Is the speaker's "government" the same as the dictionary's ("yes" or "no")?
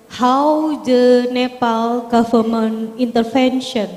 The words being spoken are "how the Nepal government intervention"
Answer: no